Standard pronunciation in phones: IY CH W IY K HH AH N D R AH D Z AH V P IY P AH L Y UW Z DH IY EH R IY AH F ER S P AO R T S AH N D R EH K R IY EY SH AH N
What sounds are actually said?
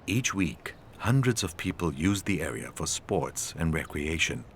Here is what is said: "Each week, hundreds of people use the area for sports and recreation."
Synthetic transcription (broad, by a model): IY CH W IY K HH AH N D R AH D Z AH V P IY P AH L Y UW Z DH IY EH R IY AH F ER S P AO R T S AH N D R EH K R IY EY SH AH N